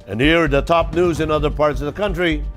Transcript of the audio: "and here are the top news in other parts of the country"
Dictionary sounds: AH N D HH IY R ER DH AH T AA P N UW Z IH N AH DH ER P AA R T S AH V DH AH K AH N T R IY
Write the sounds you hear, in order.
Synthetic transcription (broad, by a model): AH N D HH IY R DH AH T AA P N UW Z IH N AH DH ER P AA R T S AH V DH AH K AH N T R IY